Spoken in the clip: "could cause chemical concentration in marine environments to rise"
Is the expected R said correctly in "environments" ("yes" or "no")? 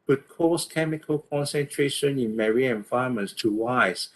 no